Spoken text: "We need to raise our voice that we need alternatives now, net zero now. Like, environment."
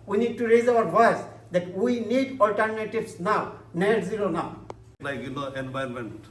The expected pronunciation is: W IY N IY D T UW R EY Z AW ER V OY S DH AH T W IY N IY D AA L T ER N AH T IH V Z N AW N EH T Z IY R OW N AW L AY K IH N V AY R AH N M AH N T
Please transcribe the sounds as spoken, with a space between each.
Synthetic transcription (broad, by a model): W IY N IY D T UW R EY Z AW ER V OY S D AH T W IY N IY D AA L T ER N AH T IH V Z N AW N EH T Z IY L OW N AW L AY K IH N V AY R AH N M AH N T